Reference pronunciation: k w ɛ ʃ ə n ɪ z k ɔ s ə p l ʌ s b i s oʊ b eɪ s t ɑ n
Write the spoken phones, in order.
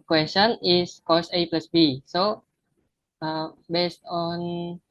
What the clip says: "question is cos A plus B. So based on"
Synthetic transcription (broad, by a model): k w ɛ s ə n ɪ s k ɔ s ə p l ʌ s b i s oʊ b eɪ s t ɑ n